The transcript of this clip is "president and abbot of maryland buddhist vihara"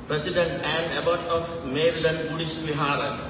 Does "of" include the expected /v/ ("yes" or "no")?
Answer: no